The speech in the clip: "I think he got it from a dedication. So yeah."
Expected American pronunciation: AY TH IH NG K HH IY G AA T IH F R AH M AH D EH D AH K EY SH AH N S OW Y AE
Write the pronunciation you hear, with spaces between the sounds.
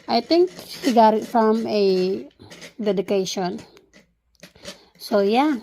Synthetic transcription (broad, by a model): AY T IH NG K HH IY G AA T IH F R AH M AH D EH D AH K EY SH AH N S OW Y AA